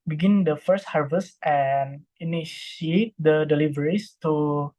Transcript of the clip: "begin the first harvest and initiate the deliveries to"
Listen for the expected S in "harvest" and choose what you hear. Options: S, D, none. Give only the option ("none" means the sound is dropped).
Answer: S